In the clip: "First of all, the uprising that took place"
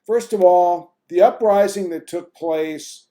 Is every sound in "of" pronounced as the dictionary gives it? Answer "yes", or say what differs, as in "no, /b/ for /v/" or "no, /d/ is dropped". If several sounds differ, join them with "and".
yes